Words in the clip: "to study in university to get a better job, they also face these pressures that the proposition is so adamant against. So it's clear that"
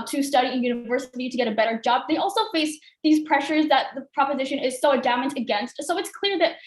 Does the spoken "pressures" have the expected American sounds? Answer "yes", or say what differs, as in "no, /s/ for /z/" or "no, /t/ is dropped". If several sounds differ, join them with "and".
yes